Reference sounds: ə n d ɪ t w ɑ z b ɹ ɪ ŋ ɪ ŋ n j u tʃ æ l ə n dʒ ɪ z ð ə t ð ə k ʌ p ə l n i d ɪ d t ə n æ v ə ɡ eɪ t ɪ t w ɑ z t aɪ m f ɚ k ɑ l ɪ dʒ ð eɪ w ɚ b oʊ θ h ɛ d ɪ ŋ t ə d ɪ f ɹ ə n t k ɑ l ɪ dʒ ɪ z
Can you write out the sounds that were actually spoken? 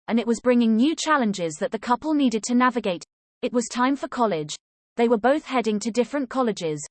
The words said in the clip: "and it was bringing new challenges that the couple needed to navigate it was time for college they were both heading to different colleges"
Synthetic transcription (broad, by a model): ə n ɪ t w ɑ z b ɹ ɪ ŋ ɪ ŋ n j u tʃ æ l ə n dʒ ɪ z ð ə t ð ə k ʌ p ə l n i d ɪ d t ə n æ v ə ɡ eɪ t ɪ t w ɑ z t aɪ m f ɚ k ɑ l ɪ dʒ ð eɪ w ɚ b oʊ θ h ɛ d ɪ ŋ t ə d ɪ f ɹ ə n k ɑ l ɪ dʒ ɪ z